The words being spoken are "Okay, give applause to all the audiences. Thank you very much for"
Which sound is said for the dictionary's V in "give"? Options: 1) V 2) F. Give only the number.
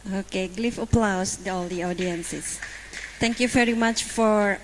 2